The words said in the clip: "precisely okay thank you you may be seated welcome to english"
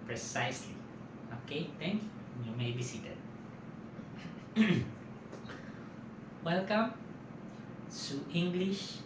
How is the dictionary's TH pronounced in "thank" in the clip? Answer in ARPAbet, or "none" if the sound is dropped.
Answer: T